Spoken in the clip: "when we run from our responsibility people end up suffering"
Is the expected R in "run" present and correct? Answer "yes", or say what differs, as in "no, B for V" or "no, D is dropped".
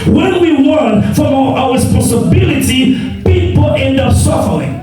no, W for R